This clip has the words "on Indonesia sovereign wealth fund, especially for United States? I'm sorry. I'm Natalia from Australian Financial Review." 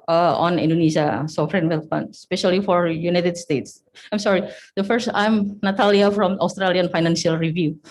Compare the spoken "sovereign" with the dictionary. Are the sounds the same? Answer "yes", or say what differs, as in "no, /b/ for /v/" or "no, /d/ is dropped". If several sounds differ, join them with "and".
no, /f/ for /v/